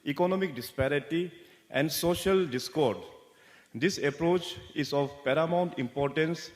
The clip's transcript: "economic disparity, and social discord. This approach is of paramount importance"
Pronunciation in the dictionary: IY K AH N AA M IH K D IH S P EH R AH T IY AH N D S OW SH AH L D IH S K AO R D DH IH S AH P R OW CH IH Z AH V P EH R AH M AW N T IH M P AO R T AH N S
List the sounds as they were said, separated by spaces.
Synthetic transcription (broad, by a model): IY K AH N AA M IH K D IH S P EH R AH T IY AH N D S OW SH AH L D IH S K AO R D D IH S AH P R OW CH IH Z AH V P EH R AH M AW N T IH M P AO R T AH N S